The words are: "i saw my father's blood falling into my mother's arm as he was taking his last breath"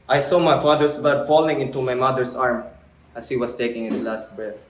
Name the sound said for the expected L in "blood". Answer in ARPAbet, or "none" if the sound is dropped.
none